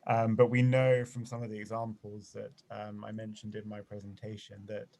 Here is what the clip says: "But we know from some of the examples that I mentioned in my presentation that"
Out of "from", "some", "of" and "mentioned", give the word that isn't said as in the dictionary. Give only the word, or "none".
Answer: none